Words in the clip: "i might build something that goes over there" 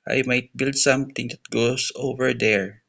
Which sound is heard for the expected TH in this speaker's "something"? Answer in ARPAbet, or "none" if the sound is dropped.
T